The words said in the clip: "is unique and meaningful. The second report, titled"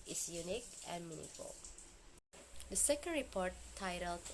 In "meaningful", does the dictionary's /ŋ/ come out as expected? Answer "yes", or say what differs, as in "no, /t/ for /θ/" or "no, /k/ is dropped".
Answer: no, /ŋ/ is dropped